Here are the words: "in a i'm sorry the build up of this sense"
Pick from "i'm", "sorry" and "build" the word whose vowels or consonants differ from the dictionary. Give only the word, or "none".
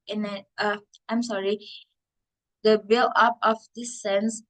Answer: build